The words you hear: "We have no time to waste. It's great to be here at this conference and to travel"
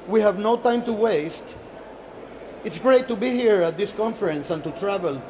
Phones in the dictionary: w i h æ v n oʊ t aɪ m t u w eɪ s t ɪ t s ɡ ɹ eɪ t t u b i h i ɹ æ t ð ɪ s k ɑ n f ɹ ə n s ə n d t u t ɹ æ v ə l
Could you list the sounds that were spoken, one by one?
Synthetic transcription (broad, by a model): w i h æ v n oʊ t aɪ m t u w eɪ s t ɪ t s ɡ ɹ eɪ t t u b i h i ɹ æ t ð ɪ s k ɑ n f ɹ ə n s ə n t u t ɹ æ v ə l